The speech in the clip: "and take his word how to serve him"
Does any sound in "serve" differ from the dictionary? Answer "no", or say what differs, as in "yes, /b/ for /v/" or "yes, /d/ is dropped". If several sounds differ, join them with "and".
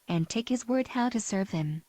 no